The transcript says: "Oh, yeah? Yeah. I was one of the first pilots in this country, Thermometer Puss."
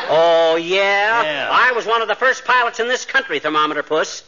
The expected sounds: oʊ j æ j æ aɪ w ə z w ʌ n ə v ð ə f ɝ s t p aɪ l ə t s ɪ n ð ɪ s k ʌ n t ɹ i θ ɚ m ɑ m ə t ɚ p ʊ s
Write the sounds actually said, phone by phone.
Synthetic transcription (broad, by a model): oʊ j j æ aɪ w ə z w ʌ n ə v ð ə f ɝ s p aɪ l ə t s ɪ n ð ɪ s k ʌ n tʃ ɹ i θ ɚ m ɑ m ə t ɚ p ʊ s